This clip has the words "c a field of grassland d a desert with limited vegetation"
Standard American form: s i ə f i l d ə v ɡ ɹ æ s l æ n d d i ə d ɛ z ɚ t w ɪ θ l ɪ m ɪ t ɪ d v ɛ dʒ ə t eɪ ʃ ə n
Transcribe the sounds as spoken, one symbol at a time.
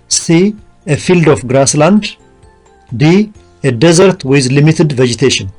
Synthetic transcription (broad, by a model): s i ə f i l d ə f ɡ ɹ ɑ s l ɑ n d d i ə d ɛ z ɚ t w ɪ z l ɪ m ɪ t ɪ d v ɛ dʒ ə t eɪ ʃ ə n